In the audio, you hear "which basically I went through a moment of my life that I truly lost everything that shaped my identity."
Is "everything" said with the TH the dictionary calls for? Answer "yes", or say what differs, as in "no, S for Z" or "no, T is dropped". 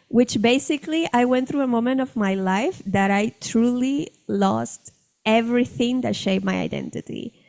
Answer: yes